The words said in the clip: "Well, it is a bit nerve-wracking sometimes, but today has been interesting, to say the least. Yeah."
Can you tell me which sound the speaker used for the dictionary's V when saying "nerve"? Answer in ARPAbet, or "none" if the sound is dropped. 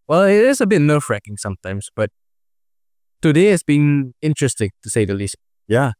F